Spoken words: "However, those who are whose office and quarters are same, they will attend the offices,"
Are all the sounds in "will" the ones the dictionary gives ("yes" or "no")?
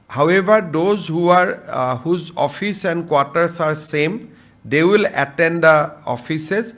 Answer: yes